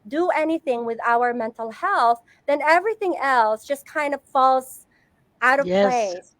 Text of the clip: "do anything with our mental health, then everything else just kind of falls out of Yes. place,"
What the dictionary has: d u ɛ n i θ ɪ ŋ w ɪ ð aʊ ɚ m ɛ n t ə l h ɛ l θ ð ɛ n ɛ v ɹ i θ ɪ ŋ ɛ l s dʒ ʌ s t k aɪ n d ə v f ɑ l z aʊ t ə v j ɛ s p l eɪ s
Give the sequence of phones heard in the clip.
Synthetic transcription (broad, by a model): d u ɛ n i θ ɪ ŋ w ɪ ð aʊ ɚ m ɛ n t l h ɛ l θ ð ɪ n ɛ v ɹ i θ ɪ ŋ ɛ l s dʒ ʌ s k aɪ n d ə v f ɑ l z aʊ t ə v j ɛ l eɪ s